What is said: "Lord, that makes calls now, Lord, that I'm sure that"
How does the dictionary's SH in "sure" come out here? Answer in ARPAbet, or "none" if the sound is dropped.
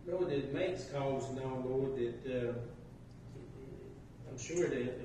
SH